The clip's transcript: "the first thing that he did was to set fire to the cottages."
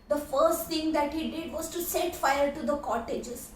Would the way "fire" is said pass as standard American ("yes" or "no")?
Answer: no